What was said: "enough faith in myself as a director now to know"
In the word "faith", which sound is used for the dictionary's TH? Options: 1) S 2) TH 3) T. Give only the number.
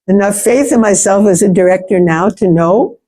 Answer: 2